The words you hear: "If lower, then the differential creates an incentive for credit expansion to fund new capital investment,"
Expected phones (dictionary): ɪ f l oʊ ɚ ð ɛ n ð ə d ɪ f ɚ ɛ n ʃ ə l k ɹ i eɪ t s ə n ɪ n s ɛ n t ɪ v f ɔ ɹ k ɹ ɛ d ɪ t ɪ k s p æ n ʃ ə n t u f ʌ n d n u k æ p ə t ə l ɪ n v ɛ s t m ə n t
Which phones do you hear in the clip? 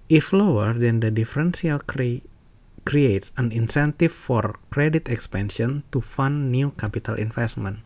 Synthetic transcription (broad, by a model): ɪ f l oʊ ɚ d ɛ n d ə d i f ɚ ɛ n s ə l k ɹ i eɪ t s ə n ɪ n s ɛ n t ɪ f ɔ ɹ k ɹ ɛ d ɪ t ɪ k s p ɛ n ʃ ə n t u f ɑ n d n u k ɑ p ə t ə l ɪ n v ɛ s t m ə n